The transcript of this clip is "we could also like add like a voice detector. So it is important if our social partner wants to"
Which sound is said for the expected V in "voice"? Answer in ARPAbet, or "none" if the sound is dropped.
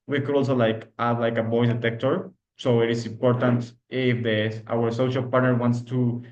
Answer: B